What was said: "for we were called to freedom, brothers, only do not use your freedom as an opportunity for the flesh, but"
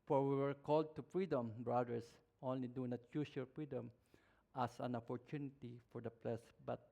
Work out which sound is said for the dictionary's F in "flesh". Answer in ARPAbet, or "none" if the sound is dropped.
P